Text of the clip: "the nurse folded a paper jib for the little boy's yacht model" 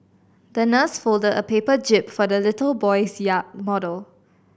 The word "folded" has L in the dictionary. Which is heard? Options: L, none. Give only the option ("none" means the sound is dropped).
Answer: L